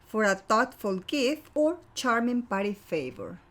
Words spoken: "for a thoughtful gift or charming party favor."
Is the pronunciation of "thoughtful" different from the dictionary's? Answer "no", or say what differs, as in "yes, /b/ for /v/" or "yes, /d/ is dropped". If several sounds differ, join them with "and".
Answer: yes, /t/ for /θ/